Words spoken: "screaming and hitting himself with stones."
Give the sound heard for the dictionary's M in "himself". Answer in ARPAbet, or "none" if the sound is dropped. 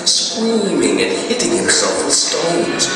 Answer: none